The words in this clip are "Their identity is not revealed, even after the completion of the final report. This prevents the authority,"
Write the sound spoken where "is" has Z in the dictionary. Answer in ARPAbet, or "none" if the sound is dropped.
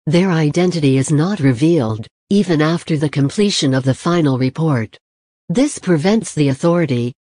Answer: Z